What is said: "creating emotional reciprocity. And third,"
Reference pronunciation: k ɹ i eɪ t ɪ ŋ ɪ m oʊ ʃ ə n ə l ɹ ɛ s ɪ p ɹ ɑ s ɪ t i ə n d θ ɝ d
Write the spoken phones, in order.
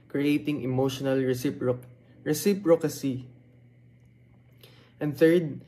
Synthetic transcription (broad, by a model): k ɹ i eɪ t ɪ ŋ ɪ m oʊ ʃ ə n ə l ɹ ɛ s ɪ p ɹ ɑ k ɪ s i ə n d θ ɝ d